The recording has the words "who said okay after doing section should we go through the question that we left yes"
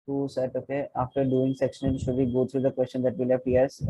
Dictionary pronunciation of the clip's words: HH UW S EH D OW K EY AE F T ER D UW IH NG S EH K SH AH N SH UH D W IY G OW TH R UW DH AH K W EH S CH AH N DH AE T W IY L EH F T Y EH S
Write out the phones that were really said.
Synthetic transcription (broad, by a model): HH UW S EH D OW K EY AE F T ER D UW IH NG S EH K SH AH N SH UH D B IY G OW T R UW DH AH K W EH S CH AH N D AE T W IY L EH P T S